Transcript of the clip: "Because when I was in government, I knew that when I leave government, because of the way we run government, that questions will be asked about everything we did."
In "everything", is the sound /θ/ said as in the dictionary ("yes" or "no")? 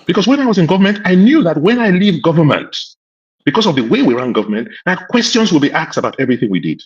yes